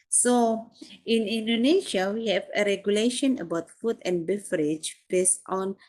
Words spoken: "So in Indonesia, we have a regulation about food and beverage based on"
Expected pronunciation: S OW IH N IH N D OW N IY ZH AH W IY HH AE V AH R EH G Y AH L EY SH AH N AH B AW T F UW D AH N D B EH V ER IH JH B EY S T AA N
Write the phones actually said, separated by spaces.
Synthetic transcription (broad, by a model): S OW IH N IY N D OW N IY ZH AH W IY HH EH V AH R EH G Y AH L EY SH AH N AH B AW T F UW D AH N B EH F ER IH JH B EY S T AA N